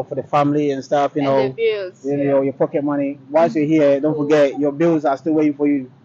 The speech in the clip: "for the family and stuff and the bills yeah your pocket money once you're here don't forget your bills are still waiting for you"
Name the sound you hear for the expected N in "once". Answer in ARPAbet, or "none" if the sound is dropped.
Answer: none